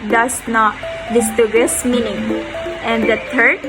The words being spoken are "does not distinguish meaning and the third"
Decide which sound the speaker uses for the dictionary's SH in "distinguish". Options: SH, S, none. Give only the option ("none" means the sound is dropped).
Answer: S